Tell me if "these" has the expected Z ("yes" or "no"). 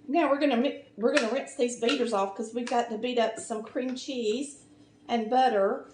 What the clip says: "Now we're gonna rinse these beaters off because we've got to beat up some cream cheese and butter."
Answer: yes